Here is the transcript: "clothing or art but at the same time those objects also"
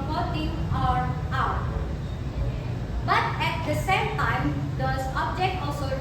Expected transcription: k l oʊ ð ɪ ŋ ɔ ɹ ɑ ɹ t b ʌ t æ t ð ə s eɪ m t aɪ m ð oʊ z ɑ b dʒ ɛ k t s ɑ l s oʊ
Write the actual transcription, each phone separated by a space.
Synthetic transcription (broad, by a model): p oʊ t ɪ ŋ ɔ ɹ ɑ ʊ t b ʌ t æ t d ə s eɪ m t aɪ m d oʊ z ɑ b dʒ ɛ k t ɑ l s oʊ